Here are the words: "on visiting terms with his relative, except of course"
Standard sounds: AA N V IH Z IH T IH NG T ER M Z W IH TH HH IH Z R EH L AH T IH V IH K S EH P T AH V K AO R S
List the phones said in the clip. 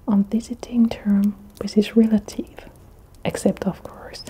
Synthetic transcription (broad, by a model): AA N V IH Z IH T IH NG T ER M W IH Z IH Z R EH L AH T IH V IH K S EH P T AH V K AO R S